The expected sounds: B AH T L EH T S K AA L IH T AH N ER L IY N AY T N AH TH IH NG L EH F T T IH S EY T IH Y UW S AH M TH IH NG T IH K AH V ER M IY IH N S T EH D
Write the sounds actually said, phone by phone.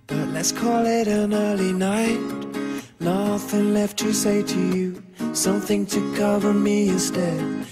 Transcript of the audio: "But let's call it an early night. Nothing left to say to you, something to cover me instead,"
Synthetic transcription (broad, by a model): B AH T L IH T S K AA L IH T AH N ER L IY N AY T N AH F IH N L EH F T T IH S EY T IH Y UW S AH M TH IH NG T IH K AH V ER M IY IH N S T EH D